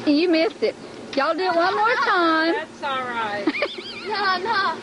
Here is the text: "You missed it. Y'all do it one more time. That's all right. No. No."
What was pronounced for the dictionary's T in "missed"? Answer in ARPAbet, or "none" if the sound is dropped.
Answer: none